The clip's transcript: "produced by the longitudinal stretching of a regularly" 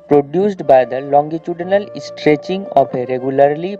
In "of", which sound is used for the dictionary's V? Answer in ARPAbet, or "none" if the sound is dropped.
P